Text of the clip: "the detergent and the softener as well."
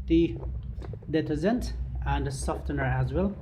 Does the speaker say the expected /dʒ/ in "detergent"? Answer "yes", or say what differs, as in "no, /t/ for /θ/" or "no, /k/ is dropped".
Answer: no, /z/ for /dʒ/